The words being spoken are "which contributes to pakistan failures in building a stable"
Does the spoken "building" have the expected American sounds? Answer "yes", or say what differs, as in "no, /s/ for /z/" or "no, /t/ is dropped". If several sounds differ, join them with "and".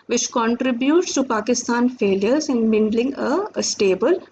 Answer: no, /n/ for /l/